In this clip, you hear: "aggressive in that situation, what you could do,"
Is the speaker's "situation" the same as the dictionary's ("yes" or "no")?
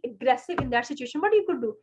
yes